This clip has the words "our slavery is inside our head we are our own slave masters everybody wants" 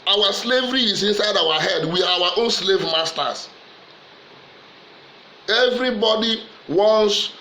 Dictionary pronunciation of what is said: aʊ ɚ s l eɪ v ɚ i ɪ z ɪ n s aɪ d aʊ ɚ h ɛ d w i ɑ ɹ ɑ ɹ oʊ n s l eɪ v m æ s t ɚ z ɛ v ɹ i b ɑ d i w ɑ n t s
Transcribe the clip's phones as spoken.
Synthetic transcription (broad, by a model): aʊ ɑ s l eɪ v ɚ i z ɪ n s aɪ d aʊ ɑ h ɛ d w i ɑ w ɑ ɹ oʊ n s l eɪ v m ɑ s t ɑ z ɛ v ɹ i b ɑ d i w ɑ n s